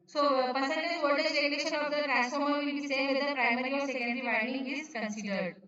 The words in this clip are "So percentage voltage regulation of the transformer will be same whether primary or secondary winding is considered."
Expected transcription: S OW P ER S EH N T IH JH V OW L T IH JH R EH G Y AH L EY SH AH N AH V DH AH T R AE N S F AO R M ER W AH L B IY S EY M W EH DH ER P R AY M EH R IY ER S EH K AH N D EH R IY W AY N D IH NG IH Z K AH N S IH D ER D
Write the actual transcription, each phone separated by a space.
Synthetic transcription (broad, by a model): S OW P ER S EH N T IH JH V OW T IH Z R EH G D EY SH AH N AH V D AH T R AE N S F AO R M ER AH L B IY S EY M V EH ER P R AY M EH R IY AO S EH K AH N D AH R IY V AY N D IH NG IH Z K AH N S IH D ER D